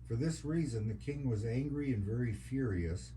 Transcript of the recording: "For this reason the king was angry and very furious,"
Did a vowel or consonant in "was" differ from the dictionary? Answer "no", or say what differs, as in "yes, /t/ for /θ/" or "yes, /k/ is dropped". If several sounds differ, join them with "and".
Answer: no